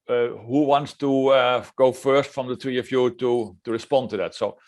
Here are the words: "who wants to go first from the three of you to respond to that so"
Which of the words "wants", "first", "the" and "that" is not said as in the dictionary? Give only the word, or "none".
none